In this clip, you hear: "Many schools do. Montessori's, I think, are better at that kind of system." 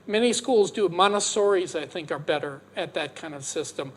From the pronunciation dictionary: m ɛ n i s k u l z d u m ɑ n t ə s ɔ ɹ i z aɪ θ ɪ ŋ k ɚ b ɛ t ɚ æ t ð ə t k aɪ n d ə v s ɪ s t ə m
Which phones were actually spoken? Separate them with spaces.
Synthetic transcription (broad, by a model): m ɛ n i s k u l z d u m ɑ n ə s ɔ ɹ i z aɪ θ ɪ ŋ k ɚ b ɛ t ɚ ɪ t ð ə t k aɪ n d ə v s ɪ s t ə m